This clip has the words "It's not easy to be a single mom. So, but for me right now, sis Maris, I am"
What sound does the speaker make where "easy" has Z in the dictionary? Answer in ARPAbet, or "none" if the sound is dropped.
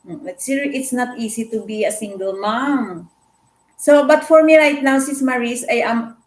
S